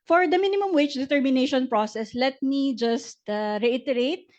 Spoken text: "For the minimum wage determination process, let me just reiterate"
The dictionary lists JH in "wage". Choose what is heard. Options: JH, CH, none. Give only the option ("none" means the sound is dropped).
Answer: CH